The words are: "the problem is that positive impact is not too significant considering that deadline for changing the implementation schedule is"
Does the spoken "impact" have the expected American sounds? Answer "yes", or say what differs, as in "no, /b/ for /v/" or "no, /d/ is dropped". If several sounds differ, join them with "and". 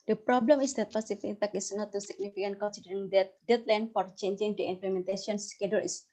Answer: no, /t/ is dropped